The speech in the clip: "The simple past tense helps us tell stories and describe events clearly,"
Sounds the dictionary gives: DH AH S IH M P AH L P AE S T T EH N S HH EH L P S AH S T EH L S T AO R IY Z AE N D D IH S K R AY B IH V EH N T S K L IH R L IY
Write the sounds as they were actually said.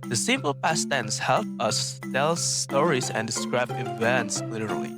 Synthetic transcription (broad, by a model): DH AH S IH M P AH L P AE S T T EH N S HH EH L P AH S T EH L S T AO R IY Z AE N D D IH S K R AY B IH V EH N T S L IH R L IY